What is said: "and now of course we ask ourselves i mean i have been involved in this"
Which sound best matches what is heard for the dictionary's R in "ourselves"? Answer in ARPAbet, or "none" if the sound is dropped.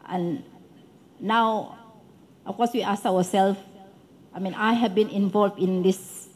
W